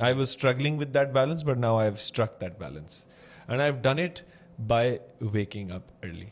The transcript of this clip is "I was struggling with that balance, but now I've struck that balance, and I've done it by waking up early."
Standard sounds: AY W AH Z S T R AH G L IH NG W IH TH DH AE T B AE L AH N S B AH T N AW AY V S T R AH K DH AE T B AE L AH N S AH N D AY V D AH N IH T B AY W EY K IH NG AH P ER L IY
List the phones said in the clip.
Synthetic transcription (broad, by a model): AY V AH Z S T R AH G L IH NG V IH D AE T B AE L AH N S B AH T N AW AY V S T R AH K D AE T B AE L AH N S AH N D AY V D AH N IH T B AY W EY K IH NG AH P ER L IY